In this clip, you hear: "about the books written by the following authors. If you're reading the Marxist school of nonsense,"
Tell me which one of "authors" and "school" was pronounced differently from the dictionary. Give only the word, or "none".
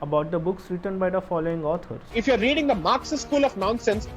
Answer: authors